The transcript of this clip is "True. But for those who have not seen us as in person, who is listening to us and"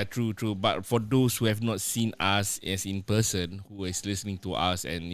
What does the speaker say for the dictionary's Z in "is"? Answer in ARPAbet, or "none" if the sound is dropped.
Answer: S